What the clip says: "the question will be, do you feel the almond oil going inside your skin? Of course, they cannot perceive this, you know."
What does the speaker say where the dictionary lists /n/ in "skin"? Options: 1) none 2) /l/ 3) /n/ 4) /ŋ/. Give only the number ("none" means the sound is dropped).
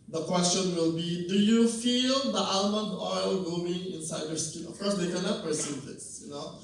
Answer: 1